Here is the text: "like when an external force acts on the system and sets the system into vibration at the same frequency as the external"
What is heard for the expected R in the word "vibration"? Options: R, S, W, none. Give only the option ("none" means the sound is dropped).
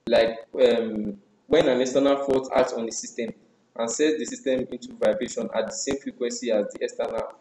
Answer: R